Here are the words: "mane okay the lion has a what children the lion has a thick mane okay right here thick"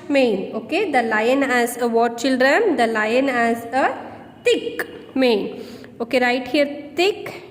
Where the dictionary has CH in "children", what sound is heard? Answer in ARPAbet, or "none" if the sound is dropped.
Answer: CH